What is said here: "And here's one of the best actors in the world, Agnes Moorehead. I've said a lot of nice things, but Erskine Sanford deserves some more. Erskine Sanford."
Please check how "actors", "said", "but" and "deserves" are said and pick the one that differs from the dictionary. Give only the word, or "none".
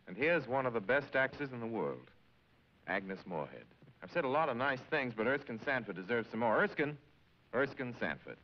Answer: actors